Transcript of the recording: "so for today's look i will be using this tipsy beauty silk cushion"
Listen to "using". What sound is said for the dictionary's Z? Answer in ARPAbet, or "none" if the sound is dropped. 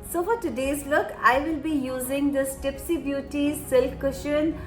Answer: Z